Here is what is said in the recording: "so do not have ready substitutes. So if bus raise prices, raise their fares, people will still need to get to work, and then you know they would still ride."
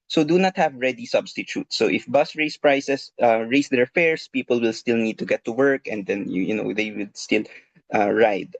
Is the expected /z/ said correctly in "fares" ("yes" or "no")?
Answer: no